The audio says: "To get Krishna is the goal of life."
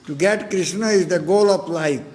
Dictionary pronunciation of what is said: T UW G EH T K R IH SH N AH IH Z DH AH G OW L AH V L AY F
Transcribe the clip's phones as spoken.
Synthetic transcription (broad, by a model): T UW G EH T K R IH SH N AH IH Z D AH G OW L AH P L AY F